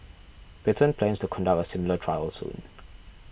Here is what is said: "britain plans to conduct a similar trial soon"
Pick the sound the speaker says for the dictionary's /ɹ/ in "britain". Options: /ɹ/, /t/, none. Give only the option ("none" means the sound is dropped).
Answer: none